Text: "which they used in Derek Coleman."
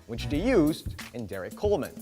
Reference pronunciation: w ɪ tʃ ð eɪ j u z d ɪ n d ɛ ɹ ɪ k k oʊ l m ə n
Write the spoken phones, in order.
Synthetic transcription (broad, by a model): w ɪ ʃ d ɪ j u z d ɪ n d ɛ ɹ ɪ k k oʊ l m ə n